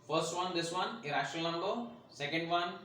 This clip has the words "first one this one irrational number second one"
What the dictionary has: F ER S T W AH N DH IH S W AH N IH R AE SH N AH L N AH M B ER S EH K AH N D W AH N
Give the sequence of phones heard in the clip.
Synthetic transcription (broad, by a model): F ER S T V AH N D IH S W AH N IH R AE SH AH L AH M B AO S EH K AH N D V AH N